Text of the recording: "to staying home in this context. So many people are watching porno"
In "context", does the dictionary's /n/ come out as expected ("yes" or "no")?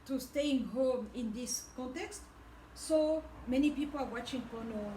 yes